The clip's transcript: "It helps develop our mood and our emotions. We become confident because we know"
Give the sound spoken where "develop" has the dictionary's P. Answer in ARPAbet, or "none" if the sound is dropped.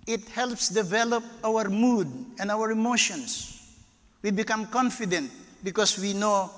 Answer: P